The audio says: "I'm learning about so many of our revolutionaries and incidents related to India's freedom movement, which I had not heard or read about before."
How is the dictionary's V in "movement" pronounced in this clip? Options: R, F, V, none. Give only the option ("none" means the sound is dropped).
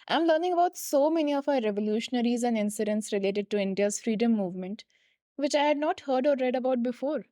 V